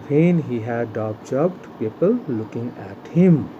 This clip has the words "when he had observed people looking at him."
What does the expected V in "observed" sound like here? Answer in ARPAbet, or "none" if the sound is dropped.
B